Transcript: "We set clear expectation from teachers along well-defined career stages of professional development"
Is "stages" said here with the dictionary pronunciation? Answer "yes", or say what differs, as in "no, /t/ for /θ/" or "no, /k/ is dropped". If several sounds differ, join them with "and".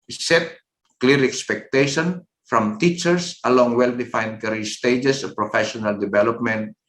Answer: no, /s/ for /z/